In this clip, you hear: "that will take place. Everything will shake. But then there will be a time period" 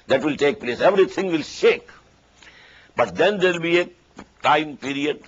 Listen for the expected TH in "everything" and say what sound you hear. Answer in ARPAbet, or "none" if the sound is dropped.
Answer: T